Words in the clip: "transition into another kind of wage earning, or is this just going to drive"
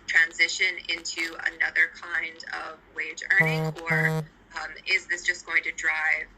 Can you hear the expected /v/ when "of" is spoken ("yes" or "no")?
yes